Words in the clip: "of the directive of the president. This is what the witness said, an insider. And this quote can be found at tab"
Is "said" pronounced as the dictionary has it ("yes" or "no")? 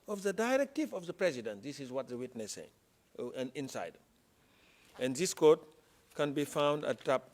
no